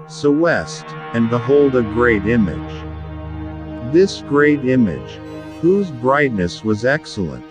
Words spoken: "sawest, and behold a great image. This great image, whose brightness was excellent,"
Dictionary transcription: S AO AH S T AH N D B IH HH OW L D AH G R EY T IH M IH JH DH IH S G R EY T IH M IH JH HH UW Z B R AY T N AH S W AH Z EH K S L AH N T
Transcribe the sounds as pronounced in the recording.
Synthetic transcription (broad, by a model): S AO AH S T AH N B IH HH OW L D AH G R EY T IH M IH JH DH IH S G R EY T IH M IH JH HH UW Z B R AY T N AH S W AH Z EH K S L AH N T